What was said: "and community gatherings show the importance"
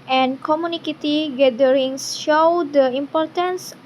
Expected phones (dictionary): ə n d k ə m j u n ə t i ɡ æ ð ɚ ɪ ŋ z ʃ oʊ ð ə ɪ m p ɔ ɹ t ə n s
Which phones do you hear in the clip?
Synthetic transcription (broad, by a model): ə n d k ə m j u n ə t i ɡ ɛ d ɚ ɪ ŋ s ʃ oʊ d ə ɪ m p ɔ ɹ t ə n s